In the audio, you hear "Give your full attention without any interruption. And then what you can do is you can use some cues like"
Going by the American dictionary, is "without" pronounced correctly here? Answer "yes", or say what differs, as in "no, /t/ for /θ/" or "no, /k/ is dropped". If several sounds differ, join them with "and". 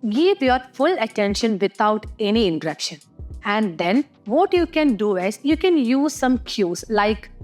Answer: no, /t/ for /θ/